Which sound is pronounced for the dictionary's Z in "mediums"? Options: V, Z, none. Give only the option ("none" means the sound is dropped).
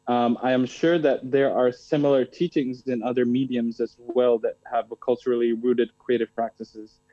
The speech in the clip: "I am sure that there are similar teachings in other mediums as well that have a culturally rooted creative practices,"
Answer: Z